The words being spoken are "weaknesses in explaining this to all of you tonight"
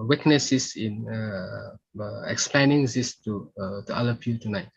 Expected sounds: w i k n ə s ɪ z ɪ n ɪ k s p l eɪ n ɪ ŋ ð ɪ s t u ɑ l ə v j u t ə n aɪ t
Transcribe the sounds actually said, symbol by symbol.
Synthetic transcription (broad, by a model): w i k n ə s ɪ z ɪ n ɪ k s p l eɪ n ɪ ŋ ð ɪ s t u ɑ l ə p j u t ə n aɪ t